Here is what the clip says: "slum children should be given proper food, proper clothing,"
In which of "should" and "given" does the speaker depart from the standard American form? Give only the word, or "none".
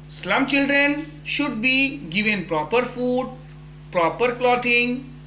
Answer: none